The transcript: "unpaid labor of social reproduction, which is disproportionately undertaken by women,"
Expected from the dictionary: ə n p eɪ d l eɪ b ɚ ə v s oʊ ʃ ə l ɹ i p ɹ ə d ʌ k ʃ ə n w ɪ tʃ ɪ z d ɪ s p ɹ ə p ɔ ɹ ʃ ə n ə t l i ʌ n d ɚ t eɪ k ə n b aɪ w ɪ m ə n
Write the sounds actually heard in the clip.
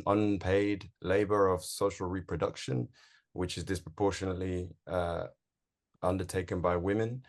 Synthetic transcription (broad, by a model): ə n p eɪ d l eɪ b ɚ ə v s oʊ ʃ ə l ɹ i p ɹ ə d ʌ k ʃ ə n w ɪ tʃ ɪ z d ɪ s p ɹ ə p ɔ ʃ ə n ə t l i ʌ n d ɚ t eɪ k ə n b aɪ w ɪ m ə n